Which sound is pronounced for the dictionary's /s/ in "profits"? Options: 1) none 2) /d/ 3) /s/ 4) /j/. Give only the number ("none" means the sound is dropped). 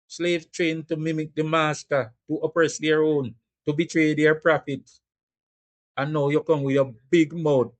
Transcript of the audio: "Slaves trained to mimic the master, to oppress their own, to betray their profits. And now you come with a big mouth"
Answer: 1